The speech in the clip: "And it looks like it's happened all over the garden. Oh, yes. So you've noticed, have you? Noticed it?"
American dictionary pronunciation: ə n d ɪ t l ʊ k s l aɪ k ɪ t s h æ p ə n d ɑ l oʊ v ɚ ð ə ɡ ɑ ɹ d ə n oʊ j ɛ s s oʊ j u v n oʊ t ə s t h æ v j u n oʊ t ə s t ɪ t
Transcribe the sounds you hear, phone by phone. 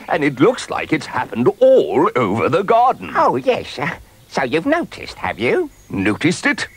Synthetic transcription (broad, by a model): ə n ɪ t l ʊ k s l aɪ k ɪ t s h æ p ə n d ɑ l oʊ v ɚ ð ə ɡ ɑ ɹ d n oʊ j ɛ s s oʊ j u v n oʊ t ə s t h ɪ v j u n oʊ t ə s t ɪ t